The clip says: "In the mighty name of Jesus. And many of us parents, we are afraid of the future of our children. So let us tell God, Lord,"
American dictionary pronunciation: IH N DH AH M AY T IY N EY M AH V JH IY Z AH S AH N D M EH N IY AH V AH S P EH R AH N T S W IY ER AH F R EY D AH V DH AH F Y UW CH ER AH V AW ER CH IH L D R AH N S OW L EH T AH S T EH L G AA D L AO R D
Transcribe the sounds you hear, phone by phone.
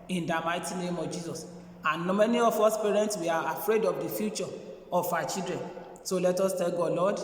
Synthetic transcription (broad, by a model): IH N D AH M AY T IY N EY M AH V JH IY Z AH S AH N M EH N IY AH F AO S P EH R AH N T S W IY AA AH F R EY D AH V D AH F Y UW CH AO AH F AW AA CH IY L D R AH N S OW L EH T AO S T EH L G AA L AO D